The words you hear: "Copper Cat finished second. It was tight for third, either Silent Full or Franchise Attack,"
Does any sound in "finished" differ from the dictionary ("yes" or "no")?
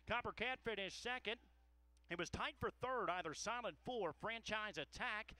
yes